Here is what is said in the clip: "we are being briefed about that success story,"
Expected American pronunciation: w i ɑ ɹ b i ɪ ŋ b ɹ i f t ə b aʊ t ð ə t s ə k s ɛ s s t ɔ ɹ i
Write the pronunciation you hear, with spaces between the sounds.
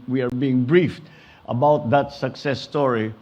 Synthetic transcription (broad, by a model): w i ɑ ɹ b i ɪ ŋ b ɹ i f t ə b aʊ t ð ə t s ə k s ɛ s s t ɔ ɹ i